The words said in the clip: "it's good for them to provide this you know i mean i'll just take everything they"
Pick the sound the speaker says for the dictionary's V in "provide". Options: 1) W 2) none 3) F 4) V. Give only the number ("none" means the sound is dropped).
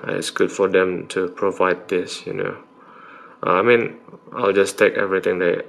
4